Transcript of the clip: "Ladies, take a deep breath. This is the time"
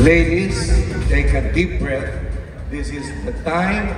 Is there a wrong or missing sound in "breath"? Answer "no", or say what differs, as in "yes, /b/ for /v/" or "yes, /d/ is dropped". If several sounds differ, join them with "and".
yes, /t/ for /θ/